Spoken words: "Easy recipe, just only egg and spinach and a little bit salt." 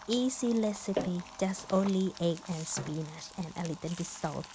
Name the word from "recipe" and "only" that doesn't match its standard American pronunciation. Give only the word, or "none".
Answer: recipe